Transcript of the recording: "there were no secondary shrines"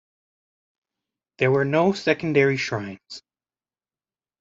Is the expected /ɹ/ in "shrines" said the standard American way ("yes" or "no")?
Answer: yes